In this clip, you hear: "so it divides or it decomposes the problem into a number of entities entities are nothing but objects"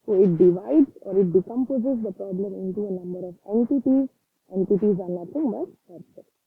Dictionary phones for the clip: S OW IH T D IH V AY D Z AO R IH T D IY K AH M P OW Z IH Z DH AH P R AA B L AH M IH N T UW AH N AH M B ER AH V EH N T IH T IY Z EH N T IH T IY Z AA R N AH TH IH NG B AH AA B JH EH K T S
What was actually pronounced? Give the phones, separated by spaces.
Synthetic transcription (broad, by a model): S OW IH T D IH V AY D Z AO R IH T D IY K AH M P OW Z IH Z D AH P R AA B L AH M IH N T UW AH N AH M B ER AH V EH N T IH T IY Z EH N T IH T IY Z AA R N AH T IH NG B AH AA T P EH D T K